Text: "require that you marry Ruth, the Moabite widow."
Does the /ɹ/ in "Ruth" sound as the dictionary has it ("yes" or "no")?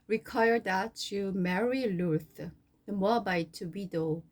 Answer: no